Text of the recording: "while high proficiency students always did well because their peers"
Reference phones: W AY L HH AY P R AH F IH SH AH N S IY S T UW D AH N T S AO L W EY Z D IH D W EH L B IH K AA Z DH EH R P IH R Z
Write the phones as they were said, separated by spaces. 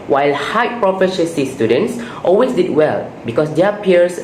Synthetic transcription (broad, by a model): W AY L HH AY P R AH F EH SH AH S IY S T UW D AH N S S AO L W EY S D IH D W EH L B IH K AA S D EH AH P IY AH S